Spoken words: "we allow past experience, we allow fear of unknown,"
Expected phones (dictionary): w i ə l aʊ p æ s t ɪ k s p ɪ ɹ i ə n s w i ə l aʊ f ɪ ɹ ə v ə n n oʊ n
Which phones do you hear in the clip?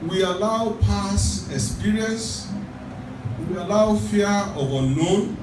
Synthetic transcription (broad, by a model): w i ə l aʊ p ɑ s ɪ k s p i ɹ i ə n s w i ə l aʊ f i ə v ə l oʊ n